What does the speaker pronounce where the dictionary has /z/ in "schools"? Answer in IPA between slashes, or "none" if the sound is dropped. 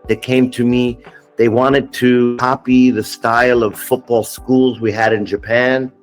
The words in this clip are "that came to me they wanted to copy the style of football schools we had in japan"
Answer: /z/